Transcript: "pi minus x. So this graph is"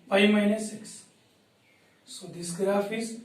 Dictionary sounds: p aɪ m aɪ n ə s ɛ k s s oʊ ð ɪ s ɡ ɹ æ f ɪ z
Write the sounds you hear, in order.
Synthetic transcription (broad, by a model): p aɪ m aɪ n ə s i k s s oʊ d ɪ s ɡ ɹ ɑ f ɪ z